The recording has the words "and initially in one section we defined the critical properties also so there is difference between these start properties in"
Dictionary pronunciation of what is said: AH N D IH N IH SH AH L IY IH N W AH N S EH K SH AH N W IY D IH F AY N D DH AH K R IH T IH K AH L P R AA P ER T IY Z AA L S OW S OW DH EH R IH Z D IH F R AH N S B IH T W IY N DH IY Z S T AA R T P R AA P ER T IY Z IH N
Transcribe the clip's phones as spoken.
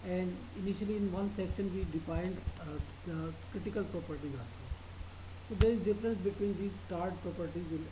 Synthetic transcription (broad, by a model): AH N D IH N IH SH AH L IY IH N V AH N S EH K SH AH N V IY D IH F AY N D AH K R IH T IH K AH L P R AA P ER T IY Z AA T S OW S OW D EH R IH Z D IH F R AH N S B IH T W IY N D IY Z S T AA R T P R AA P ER T IY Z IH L